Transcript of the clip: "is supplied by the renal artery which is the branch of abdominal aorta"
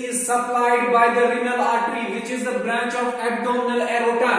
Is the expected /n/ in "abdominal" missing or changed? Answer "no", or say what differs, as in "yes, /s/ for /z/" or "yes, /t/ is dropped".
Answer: yes, /l/ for /n/